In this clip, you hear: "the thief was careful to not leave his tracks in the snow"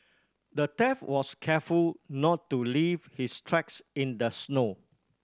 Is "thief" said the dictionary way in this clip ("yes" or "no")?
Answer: no